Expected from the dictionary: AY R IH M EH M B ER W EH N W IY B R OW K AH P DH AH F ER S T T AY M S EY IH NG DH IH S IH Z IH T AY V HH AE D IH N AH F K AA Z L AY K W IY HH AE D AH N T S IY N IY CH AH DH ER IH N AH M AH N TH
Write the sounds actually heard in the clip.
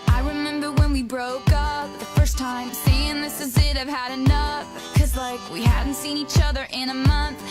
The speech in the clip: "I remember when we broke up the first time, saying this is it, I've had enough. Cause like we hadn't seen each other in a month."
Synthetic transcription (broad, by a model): AY R IH M EH M B ER W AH N W IY B R OW K AH P DH AH F ER S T T AY M S EY IH NG DH IH S IH Z IH T AY V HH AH D IH N AH F K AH Z L AY K W IY HH AE D N T S IY N IY CH AH DH ER IH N AH M AH N TH